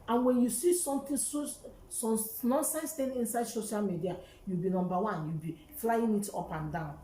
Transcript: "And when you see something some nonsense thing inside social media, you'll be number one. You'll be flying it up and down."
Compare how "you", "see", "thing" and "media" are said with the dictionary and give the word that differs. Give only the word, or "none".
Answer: thing